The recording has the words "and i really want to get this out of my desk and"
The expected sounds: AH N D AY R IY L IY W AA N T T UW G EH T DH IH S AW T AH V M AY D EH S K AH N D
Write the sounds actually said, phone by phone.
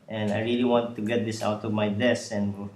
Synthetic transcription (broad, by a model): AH N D AY R IY L IY W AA N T T UW G EH T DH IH S AW T AH V M AY D EH S AH N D